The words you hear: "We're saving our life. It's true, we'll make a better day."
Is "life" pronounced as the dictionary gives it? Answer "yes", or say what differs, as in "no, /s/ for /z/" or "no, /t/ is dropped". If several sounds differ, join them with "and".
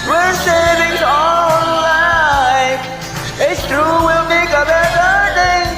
no, /f/ is dropped